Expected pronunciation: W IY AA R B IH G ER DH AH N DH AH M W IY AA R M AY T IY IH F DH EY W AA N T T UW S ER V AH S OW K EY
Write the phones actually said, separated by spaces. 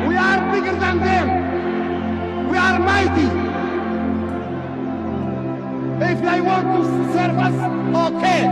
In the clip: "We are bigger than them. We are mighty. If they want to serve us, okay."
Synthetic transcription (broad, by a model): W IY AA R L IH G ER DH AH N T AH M W IY AA R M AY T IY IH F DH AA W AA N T S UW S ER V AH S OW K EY